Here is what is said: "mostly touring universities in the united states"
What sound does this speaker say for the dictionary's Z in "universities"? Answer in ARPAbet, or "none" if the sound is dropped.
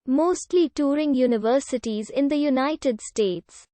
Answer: Z